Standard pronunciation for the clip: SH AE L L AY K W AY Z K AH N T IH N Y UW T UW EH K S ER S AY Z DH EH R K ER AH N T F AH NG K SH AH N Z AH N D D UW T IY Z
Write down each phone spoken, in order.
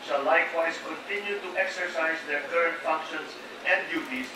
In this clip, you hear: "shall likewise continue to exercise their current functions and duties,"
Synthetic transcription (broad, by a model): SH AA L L AY K W AY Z K AH N T IH N Y UW T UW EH K S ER S AY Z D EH R K ER AH N T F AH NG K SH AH N S AH N D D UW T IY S